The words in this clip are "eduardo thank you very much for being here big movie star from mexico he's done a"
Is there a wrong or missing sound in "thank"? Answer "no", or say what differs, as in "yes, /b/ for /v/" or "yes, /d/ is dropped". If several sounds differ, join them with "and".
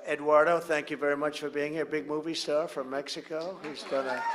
no